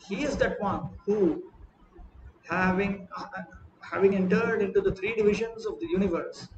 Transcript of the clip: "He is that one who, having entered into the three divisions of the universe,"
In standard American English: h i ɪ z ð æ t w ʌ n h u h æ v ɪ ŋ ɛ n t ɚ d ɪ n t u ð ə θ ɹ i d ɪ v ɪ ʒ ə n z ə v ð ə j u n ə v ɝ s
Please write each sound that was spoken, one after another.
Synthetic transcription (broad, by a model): h i ɪ z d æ t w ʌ n h u h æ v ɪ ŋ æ n t ɚ d ɪ n t u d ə t ɹ i d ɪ v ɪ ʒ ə n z ə v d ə j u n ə v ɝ s